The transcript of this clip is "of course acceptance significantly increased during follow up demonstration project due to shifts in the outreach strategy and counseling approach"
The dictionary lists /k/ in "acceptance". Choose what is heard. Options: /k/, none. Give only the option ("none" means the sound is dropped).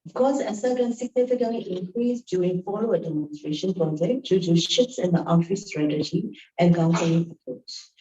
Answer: none